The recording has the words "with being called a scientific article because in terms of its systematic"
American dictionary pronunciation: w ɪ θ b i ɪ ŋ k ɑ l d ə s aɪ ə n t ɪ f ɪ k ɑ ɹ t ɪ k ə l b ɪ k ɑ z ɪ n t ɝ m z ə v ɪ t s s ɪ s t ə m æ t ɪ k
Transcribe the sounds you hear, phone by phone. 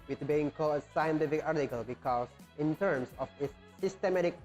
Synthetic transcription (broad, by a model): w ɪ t b i ɪ ŋ k ɑ l d ə s aɪ ə n t ɪ f ɪ k ɑ ɹ t ɪ k ə l b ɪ k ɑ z ɪ n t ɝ m s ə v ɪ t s s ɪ s t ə m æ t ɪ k